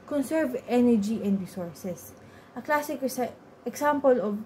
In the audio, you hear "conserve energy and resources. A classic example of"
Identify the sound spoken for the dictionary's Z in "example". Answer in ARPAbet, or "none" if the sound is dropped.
S